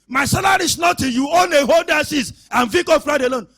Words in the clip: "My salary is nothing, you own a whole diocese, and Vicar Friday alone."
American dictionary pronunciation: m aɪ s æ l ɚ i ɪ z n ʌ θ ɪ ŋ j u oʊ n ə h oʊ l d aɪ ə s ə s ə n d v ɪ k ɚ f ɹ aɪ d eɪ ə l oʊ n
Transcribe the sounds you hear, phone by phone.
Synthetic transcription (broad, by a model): m aɪ s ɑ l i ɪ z n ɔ t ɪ j u oʊ n ə h oʊ l d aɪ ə s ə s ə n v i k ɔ f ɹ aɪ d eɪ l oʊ n